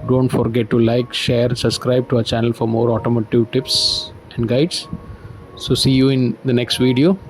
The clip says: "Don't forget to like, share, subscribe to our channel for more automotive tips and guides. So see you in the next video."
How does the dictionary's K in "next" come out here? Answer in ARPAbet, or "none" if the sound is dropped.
K